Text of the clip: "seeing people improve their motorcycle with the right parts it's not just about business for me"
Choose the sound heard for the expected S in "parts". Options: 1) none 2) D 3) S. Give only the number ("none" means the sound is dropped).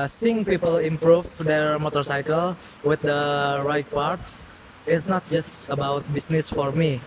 1